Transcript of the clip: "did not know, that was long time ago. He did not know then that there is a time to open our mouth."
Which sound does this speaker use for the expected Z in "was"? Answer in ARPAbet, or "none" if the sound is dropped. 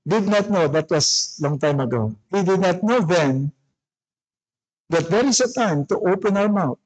S